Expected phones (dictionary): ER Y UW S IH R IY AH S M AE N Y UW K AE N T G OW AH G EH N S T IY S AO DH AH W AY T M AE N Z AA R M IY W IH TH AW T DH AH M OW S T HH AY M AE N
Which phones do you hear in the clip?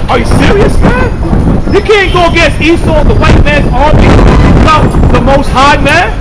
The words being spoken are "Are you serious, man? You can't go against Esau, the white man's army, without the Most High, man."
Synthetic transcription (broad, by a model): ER Y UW S IH R IY AH S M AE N Y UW K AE N G OW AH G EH S IY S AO DH AH W AY T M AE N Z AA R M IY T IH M DH AH M OW S T HH AY M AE N